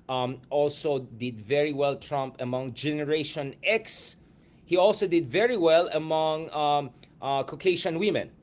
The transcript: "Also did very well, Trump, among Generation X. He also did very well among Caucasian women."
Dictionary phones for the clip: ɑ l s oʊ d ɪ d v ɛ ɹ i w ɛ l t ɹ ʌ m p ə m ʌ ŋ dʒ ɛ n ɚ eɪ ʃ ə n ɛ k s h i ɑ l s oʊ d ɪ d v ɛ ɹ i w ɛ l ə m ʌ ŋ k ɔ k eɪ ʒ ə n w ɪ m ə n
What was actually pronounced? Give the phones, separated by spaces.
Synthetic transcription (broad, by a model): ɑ l s oʊ d ɪ d v ɛ ɹ i w ɛ l t ɹ ʌ m p ə m ʌ ŋ dʒ ɛ n ɚ eɪ ʃ ə n ɛ k s h i ɑ l s oʊ d ɪ d v ɛ ɹ i w ɛ l ə m ʌ ŋ k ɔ k eɪ ʃ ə n w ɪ m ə n